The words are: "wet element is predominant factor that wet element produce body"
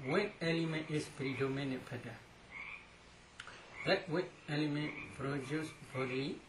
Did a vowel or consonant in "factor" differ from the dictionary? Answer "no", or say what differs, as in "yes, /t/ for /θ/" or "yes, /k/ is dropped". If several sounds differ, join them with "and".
yes, /k/ is dropped